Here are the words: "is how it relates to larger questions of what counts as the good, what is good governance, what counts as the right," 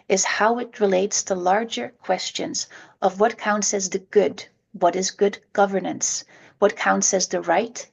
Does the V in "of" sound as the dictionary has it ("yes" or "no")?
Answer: yes